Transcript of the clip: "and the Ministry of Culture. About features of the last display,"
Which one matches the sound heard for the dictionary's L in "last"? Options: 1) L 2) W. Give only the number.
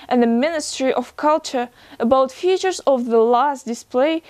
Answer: 1